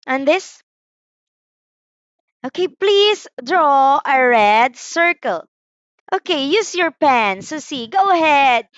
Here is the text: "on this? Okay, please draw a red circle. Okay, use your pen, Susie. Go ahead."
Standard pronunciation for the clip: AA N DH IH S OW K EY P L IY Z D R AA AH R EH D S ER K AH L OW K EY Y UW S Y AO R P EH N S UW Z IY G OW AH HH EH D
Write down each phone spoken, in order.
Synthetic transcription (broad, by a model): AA N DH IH S OW K EY P L IY S D R AA AH R EH D S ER K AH L OW K EY Y UW S Y AO R P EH N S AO S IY G OW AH HH EH D